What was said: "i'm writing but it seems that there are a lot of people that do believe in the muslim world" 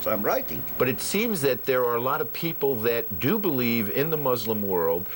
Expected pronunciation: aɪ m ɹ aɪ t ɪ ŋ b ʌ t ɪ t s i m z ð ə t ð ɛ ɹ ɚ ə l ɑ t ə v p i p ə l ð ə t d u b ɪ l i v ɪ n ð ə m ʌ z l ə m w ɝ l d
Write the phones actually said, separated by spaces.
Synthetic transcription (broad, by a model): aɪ m ɹ aɪ t ɪ ŋ b ʌ t ɪ t s i m z ð ə t ð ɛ ɹ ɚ ə l ɑ t ə v p i p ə l ð ə t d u b ɪ l i v ɪ n ð ə m ʌ z l ə m w ɝ l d